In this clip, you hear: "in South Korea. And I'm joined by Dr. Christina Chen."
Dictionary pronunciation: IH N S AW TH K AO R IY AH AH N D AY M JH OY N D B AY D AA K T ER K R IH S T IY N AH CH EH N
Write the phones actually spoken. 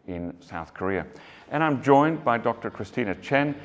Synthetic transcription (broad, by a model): IH N S AW TH K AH R IY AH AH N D AY M JH OY N B AY D AA K T ER K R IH S T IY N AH CH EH N